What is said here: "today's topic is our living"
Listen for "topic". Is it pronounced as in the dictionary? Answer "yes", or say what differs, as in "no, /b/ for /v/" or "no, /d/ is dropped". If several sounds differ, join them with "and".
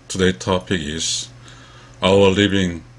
yes